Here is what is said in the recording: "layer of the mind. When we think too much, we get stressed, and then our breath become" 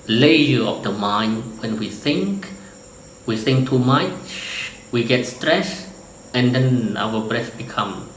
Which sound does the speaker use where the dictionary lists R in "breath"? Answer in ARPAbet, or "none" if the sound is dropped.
R